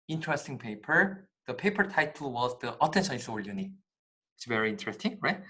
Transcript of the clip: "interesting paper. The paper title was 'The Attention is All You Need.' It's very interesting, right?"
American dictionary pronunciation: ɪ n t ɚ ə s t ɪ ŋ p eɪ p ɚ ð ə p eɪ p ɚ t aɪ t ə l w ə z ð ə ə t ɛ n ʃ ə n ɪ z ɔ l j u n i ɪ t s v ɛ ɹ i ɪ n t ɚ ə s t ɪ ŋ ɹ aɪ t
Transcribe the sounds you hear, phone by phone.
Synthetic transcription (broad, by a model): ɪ n t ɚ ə s t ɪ ŋ p eɪ p ɚ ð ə p eɪ p ɚ t aɪ t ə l w ə z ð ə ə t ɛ n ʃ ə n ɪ s ɔ l j u n i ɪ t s v ɛ ɹ i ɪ n t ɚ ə s t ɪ ŋ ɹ aɪ t